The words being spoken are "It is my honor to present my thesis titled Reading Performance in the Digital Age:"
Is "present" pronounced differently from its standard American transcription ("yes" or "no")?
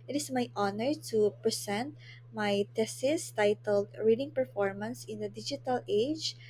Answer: yes